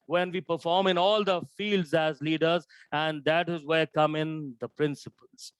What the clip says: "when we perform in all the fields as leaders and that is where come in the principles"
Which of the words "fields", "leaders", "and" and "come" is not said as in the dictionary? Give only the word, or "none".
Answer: none